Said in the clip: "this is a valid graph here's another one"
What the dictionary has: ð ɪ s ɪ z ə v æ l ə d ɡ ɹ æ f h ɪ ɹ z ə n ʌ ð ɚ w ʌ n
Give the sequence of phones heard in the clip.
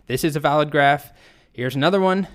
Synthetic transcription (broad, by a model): ð ɪ s ɪ z ə v æ l ə d ɡ ɹ æ f h ɪ ɹ z ə n ʌ ð ɚ w ʌ n